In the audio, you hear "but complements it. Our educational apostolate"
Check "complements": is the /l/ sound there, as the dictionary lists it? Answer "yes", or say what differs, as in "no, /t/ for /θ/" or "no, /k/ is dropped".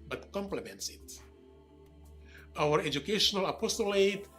yes